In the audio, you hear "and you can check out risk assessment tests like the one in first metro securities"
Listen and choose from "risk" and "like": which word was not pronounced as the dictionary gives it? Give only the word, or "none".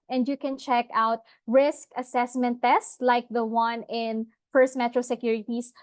none